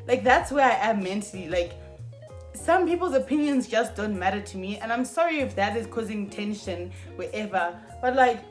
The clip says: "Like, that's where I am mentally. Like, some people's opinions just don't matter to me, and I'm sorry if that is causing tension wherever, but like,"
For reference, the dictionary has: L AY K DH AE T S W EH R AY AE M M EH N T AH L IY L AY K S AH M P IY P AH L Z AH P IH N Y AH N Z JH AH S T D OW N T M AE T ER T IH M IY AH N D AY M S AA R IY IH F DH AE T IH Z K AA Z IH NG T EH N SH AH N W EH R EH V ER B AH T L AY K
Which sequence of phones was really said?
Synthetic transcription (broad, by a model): L AY K DH AE T S W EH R AY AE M M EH N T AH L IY L AY K S AH M P IY P AH L Z AH P IH N Y AH N Z JH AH S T D OW N T M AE T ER T IH M IY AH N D AY M S AA R IY IH F DH AE T IH Z K AA Z IH NG T EH N SH AH N W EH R EH V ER B AH T L AY K